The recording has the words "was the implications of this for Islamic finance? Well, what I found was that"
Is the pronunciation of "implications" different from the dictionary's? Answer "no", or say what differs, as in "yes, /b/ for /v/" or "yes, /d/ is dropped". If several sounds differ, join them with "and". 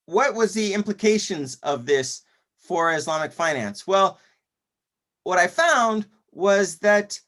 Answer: no